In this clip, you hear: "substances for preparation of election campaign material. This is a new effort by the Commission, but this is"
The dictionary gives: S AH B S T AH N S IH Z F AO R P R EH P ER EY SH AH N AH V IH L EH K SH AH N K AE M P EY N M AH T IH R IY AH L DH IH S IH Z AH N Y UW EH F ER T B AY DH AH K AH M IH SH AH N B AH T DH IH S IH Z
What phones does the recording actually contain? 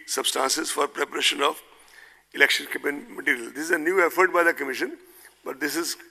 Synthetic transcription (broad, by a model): S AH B S T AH N S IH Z F AO R P R EH P ER EY SH AH N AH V IH L EH K SH AH N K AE P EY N M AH T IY R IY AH L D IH S IH Z AH N Y UW EH F ER T B AY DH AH K AH M IH SH AH N B AH T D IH S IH Z